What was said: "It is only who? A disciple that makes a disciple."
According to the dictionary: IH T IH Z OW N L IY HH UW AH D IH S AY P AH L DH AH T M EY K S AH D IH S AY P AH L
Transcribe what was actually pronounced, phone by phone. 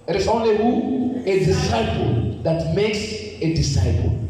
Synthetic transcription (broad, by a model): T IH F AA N IY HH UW AH D IH S AY P AH L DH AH T M EY K S AH D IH S AY P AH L